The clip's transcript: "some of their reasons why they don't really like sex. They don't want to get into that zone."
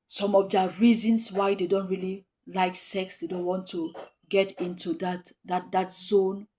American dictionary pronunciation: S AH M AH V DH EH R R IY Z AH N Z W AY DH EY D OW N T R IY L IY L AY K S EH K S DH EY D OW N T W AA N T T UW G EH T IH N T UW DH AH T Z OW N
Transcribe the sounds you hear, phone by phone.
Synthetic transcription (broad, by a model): S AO M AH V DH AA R R IY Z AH N S W AY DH EY D OW N T R IY L IY L AY K S EH K S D EY D OW N T W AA N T T UW G EH T IH N T UW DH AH T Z OW N